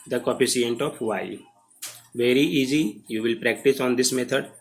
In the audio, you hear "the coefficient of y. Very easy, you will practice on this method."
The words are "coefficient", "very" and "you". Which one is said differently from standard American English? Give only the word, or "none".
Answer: coefficient